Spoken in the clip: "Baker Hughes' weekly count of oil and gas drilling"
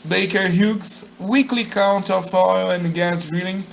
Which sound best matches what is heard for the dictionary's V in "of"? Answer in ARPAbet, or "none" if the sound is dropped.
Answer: F